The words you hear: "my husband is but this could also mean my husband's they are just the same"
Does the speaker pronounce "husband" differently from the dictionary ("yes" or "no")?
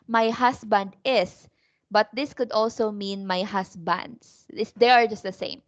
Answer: yes